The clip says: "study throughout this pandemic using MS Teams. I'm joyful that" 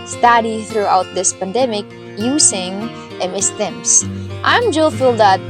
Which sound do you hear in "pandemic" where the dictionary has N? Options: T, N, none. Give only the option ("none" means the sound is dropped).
N